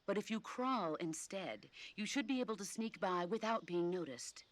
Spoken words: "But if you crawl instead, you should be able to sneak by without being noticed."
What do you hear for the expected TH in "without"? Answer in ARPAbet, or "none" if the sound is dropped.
TH